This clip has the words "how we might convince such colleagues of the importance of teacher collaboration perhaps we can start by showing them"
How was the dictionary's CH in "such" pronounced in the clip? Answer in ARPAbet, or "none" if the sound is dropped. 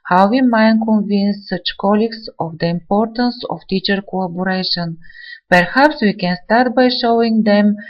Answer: CH